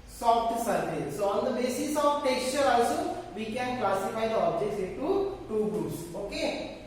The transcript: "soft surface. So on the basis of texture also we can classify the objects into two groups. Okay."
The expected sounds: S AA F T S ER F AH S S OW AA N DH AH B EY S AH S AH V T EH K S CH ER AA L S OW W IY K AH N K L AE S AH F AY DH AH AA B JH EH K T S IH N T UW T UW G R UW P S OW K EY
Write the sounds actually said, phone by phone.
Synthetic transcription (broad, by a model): S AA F T S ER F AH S S OW AA N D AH B EY S AH S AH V T EH K S CH ER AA S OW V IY K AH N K L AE S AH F AY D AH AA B JH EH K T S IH T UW T UW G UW S OW K EY